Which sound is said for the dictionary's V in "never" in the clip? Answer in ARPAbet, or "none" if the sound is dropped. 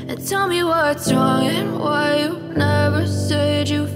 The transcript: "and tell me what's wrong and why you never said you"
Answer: V